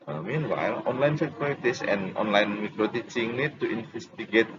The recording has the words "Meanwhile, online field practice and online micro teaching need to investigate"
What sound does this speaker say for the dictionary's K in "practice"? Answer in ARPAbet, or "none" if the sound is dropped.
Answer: none